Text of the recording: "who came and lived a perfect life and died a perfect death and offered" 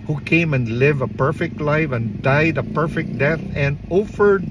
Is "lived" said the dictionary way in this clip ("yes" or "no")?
no